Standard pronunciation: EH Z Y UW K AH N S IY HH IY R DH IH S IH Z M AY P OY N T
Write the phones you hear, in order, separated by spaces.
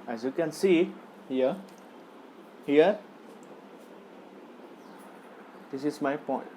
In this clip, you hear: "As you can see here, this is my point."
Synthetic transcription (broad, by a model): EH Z Y UW K AH N S IY HH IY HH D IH S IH S M AY P OY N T